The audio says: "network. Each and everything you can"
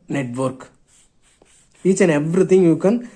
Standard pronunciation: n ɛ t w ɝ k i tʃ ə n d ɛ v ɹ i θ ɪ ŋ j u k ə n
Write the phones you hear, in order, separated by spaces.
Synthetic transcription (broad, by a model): n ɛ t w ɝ k i tʃ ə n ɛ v ɹ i t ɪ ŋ j u k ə n